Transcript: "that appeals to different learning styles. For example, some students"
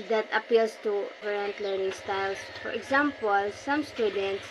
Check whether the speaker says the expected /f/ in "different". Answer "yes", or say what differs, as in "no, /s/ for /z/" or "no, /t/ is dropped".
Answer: no, /f/ is dropped